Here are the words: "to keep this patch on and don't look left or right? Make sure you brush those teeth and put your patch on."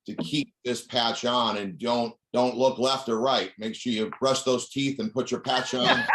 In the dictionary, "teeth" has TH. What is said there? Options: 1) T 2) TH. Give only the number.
2